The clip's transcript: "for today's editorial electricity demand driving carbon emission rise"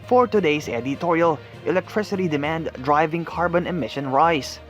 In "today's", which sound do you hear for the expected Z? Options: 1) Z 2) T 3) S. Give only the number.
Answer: 3